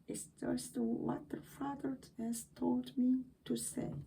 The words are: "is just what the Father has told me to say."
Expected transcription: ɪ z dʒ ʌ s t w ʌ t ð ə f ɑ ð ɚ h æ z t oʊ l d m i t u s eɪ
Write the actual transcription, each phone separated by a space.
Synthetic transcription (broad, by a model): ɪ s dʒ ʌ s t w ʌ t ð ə f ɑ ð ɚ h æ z t oʊ l d m i t u s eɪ